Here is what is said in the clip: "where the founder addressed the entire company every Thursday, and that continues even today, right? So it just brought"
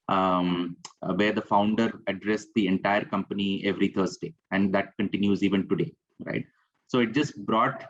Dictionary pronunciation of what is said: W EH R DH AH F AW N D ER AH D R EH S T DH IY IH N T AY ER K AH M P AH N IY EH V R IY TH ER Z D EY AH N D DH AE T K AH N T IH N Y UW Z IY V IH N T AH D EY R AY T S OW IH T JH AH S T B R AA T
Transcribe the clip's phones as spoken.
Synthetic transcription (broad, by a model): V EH R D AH F AW N D ER AH D R EH S T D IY IH N T AY ER K AH M P AH N IY EH V R IY T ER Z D EY AH N D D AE T K AH N T IH N Y UW Z IY V IH N T AH D EY R AY T S OW IH T JH AH S T B R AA T